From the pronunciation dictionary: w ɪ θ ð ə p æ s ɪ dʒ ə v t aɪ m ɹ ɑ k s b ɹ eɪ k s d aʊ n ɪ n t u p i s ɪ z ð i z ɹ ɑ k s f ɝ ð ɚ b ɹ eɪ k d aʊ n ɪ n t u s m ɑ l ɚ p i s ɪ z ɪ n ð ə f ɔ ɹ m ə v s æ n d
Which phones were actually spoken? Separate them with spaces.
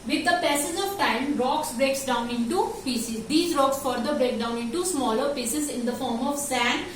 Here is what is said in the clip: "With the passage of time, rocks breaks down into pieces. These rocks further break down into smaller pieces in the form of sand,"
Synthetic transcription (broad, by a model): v ɪ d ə p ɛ s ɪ z ə v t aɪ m ɹ ɑ k s b ɹ eɪ k s d aʊ n ɪ n t u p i s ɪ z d i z ɹ ɑ k s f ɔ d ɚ b ɹ eɪ k d aʊ n ɪ n t u s m ɑ l ɚ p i s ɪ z ɪ n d ə f ɔ ɹ m ə v s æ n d